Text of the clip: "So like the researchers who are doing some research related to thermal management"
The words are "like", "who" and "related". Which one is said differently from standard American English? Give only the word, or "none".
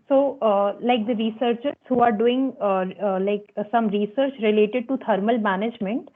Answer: none